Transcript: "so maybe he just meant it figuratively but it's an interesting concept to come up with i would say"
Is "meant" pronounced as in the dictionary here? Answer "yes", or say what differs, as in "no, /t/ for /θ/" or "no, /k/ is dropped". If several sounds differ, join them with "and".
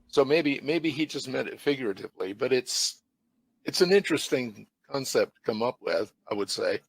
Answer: no, /n/ is dropped